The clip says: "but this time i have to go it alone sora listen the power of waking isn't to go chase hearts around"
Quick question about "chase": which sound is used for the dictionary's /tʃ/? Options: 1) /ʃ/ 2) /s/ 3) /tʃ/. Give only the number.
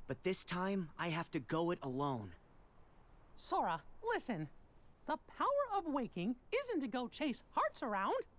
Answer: 3